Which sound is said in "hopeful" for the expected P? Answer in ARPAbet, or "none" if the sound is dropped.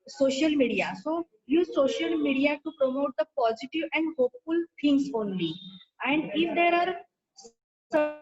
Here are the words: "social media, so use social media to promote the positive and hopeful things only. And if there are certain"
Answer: P